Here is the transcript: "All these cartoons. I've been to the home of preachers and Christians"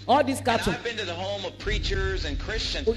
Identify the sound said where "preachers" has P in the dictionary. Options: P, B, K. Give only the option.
P